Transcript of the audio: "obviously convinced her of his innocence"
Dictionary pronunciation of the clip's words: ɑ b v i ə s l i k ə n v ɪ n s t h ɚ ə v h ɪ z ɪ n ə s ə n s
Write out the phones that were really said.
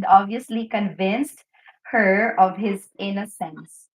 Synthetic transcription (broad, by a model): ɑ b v i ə s l i k ə n v ɪ n s t h ɚ ə v h ɪ z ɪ n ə s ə n s